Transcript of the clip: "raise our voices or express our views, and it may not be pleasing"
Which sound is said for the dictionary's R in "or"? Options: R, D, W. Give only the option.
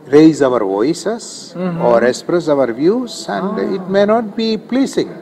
R